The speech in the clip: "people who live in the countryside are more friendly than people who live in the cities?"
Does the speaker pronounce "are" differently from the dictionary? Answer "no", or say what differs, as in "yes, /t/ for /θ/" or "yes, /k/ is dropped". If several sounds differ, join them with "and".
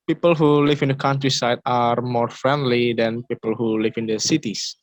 no